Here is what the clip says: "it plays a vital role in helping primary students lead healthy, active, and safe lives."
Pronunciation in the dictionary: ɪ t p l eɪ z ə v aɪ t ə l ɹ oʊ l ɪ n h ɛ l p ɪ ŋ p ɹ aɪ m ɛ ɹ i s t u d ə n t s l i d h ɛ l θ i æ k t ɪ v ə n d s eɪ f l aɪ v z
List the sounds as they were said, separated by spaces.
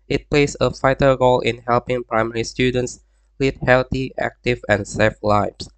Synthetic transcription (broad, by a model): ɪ t p l eɪ s ə f aɪ t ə ɹ oʊ l ɪ n h ɛ l p ɪ ŋ p ɹ aɪ m ɛ ɹ i s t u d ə n t s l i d h ɛ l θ i æ k t ɪ v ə n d s eɪ f l aɪ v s